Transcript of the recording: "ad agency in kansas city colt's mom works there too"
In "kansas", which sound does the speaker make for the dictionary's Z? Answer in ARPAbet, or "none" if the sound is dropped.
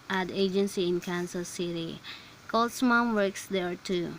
S